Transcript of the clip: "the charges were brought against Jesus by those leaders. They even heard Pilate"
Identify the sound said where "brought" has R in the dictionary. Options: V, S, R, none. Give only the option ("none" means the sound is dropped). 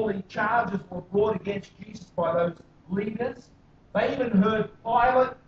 R